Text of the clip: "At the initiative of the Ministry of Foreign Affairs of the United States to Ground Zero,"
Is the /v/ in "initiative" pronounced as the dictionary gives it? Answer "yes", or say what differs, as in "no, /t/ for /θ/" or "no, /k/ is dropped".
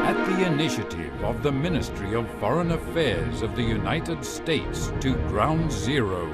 yes